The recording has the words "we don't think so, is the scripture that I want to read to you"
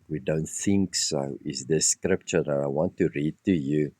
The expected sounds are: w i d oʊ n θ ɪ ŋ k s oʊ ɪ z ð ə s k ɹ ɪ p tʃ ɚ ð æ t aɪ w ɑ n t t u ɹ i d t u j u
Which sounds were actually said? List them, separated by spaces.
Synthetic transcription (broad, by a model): w i d oʊ n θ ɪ ŋ k s oʊ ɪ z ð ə s k ɹ ɪ p tʃ ɚ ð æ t aɪ w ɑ n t t u ɹ i d t u j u